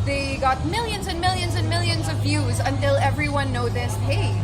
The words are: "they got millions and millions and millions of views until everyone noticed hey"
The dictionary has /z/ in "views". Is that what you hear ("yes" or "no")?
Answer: yes